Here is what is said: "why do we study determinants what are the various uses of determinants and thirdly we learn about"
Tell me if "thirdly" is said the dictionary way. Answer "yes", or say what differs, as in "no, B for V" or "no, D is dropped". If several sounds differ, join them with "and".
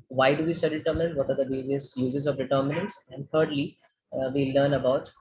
no, T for TH